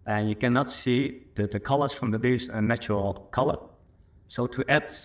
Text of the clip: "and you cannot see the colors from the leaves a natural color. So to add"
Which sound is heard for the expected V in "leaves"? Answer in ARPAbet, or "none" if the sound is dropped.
none